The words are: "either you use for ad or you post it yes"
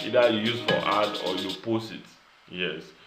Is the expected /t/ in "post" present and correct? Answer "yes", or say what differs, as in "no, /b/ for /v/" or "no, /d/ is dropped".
no, /t/ is dropped